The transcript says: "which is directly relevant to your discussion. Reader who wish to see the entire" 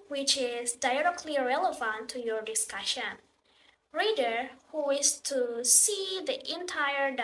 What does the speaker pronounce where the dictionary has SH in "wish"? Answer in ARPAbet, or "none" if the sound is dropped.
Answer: S